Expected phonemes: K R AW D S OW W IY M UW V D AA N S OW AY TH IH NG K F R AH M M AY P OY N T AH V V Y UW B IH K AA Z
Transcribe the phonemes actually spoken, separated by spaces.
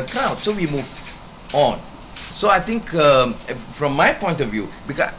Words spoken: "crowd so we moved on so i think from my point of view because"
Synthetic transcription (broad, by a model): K R AW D S OW W IY M UW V AA N S OW AY T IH NG K F R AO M M AY P OY N T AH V V Y UW B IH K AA